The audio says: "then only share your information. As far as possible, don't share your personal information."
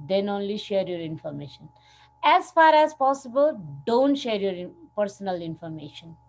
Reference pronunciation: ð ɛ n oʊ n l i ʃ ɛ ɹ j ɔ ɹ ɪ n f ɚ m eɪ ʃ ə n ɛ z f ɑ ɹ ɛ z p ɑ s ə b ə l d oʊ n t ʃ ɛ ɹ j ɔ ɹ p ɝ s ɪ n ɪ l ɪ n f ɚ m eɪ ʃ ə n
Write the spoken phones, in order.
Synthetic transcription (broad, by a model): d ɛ n oʊ n l i ʃ ɛ ɹ j ɔ ɹ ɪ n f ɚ m eɪ ʃ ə n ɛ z f ɑ ɹ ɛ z p ɑ s ə b ə l d oʊ n t ʃ ɛ ɹ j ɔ ɹ p ɝ s ɪ n ɪ l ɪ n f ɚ m eɪ ʃ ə n